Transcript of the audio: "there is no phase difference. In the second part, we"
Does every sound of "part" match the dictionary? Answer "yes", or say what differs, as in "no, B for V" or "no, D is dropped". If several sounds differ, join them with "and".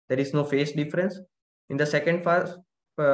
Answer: no, F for P